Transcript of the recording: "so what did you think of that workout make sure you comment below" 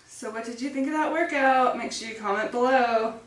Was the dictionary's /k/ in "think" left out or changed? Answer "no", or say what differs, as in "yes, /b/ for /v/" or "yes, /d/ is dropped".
no